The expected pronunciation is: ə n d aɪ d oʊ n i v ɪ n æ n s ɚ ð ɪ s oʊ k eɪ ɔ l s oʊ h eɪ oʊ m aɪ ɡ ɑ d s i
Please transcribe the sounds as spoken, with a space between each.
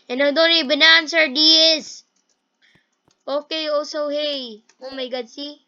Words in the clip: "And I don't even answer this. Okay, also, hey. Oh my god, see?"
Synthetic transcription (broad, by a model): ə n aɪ d oʊ n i b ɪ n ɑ n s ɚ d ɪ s oʊ k eɪ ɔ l s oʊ h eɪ oʊ m aɪ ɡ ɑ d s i